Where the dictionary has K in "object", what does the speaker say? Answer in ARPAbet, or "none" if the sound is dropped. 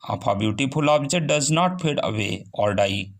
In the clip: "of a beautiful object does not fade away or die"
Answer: none